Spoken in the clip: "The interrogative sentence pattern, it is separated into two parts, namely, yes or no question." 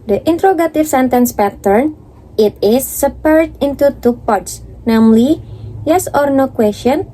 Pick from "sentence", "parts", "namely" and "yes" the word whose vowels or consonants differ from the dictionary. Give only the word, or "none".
none